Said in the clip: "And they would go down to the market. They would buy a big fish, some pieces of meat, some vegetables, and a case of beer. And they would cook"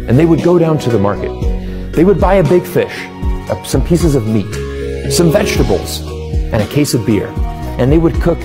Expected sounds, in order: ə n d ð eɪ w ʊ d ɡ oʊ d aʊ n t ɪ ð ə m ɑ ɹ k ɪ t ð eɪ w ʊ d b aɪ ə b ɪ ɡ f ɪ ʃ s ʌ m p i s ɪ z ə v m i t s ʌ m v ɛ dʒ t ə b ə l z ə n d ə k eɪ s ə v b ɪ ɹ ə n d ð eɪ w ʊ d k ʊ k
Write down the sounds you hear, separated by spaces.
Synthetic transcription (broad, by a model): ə n ð eɪ w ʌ d ɡ oʊ d aʊ n t ɪ ð ə m ɑ ɹ k ɪ t ð eɪ w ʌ d b aɪ ə b ɪ ɡ f ɪ ʃ s ʌ m p i s ɪ z ə v m i t s ʌ m v ɛ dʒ t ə b l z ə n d ə k eɪ s ə v b ɪ ɹ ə n ð eɪ w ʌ d k ʊ k